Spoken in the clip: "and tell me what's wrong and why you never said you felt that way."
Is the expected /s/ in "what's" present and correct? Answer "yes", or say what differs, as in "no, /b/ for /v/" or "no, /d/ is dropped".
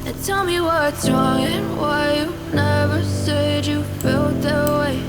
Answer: no, /s/ is dropped